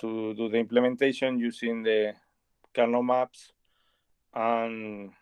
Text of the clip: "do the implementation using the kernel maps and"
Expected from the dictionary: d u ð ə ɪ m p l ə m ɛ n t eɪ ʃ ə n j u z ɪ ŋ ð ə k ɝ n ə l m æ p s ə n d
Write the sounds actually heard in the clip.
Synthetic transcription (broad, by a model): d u ð ə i m p l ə m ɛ n t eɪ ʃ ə n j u s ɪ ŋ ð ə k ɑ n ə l m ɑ p s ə n